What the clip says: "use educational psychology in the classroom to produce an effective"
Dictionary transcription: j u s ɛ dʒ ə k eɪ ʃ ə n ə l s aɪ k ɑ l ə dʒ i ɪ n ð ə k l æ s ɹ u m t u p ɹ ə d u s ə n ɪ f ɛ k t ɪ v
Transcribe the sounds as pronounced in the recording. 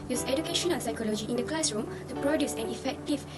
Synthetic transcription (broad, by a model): j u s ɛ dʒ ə k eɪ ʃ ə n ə n s aɪ k ɑ l ə dʒ i ɪ n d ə k l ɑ s ɹ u m t u p ɹ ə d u s ə n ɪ f ɛ k t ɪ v